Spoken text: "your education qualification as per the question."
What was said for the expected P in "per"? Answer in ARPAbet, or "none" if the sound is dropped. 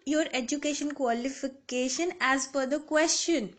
F